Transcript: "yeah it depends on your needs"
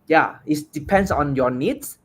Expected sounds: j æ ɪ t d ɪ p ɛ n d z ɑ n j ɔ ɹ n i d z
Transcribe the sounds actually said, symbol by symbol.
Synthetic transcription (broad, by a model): j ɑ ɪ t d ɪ p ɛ n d s ɑ n j ɔ n i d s